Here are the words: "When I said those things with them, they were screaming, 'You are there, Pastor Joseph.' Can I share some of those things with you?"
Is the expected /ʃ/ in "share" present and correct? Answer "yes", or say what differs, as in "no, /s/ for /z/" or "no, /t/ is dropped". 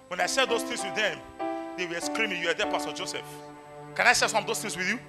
no, /s/ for /ʃ/